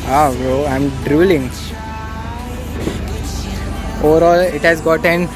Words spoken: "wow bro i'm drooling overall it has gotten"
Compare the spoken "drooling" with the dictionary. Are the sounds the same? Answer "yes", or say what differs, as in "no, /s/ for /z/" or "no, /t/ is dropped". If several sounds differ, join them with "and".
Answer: yes